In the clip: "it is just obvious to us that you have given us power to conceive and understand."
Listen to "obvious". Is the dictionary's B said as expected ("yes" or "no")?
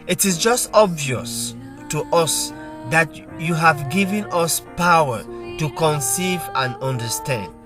yes